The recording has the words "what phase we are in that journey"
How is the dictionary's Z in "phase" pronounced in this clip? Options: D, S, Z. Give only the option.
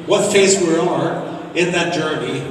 S